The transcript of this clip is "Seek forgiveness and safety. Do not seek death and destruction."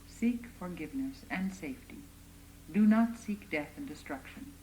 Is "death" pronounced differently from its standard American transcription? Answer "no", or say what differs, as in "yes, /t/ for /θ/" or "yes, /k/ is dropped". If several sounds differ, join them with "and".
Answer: no